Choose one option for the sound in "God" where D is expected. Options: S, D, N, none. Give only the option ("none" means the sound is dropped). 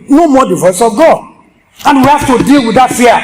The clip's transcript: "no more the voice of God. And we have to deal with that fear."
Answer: none